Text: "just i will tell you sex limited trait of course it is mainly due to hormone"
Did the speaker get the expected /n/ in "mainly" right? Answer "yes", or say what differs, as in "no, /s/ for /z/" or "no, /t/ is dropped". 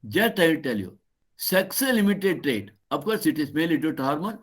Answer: no, /n/ is dropped